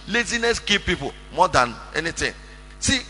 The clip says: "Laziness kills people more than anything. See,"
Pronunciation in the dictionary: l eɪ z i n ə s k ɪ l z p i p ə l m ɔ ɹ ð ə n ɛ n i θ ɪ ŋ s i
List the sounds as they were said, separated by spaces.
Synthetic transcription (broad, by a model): l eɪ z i n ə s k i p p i p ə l m ɔ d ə n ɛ n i t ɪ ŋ s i